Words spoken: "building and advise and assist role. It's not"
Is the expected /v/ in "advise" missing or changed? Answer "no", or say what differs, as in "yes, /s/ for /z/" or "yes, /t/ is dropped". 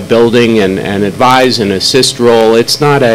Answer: no